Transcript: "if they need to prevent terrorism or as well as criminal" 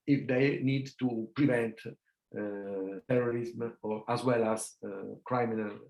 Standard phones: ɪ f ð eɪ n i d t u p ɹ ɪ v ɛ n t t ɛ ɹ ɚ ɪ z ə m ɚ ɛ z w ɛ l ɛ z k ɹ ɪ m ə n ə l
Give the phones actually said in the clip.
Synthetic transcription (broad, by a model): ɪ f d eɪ n i d t u p ɹ ɪ v ɛ n t t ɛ ɹ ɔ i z m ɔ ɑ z w ɛ l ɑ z k ɹ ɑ m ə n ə l